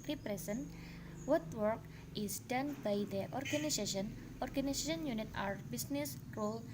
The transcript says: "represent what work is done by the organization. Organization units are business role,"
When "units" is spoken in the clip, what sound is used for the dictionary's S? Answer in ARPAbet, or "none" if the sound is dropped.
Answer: none